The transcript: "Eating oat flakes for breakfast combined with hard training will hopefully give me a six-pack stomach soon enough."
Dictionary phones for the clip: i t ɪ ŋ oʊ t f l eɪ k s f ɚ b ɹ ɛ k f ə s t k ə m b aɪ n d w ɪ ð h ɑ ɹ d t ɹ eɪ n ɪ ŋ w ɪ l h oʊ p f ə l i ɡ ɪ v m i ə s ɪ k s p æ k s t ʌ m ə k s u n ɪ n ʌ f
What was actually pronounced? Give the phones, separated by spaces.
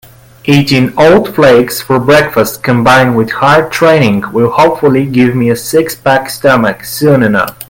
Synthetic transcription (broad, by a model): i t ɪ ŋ oʊ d f l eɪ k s f ɚ b ɹ ɛ k f ə s t k ə m b aɪ n d w ɪ ð h ɑ ɹ d t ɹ eɪ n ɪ ŋ w ɪ l h oʊ p f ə l i ɡ ɪ v m i ə s ɪ k s b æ k s t ʌ m ə k s u n ɪ n ʌ f